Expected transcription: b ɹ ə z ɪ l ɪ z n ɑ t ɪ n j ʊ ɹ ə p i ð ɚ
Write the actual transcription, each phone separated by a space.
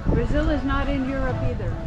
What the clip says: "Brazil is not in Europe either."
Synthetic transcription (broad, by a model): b ɹ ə z ɪ l ɪ z n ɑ t ɪ n j ʊ ɹ ə p i ð ɚ